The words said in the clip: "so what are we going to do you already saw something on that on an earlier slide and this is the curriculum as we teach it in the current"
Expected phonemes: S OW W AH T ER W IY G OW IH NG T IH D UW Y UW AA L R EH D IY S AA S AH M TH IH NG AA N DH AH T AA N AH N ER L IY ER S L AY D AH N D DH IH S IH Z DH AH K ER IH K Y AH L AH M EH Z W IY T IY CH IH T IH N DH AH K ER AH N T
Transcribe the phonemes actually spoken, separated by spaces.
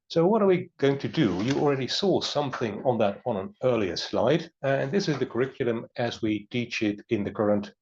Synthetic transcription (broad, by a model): S OW W AH T ER W IY G OW IH NG T IH D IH Y AA L R EH D IY S AA S AH M TH IH NG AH N DH AH T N AH N ER L IY ER S L AY D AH N DH IH S IH Z DH AH K ER IH K Y L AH M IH Z W IY T IY CH IH T IH N DH AH K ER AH N T